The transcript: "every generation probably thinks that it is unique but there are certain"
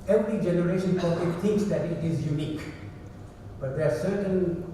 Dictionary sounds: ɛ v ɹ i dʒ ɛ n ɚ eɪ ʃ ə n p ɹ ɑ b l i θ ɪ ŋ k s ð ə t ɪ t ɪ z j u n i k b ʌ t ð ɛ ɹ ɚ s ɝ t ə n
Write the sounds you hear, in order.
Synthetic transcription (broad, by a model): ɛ v ɹ i dʒ ɛ n ɚ eɪ ʃ ə n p ɑ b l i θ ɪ ŋ k s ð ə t ɪ t ɪ z j u n i k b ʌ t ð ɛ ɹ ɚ s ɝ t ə n